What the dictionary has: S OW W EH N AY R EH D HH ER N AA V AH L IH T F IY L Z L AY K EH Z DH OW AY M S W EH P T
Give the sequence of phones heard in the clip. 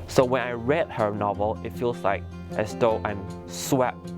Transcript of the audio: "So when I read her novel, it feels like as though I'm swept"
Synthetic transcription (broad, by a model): S OW W EH N AY R EH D HH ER N AA V AH L IH T F IY L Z L AY K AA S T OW AY M S W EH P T